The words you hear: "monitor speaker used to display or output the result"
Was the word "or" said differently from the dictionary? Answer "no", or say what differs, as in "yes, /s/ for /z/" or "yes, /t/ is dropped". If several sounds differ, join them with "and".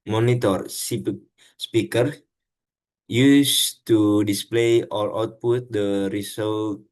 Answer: yes, /l/ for /ɹ/